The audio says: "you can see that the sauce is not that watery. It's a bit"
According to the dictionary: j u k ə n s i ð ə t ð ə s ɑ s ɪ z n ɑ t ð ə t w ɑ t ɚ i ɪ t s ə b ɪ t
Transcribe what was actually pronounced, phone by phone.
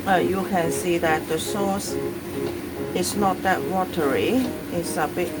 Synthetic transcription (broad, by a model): j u k ə n s i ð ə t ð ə s ɑ s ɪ s n ɑ t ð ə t w ɑ t ɚ i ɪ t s ə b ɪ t